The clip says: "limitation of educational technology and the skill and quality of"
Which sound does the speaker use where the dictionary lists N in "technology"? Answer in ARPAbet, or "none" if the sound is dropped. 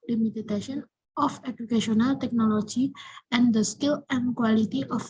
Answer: N